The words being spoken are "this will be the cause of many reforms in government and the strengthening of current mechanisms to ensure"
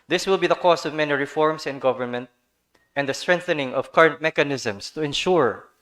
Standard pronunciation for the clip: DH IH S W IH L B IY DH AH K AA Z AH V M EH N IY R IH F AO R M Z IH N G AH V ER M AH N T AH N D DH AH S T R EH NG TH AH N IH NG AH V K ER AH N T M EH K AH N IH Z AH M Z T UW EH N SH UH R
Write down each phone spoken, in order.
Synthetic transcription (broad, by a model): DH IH S W IH L B IY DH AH K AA S AH V M EH N IY R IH F AO R M S IH N G AH V ER M AH N T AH N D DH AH S T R EH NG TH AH N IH NG AH V K ER AH N T M EH K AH N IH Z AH M S T UW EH N SH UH R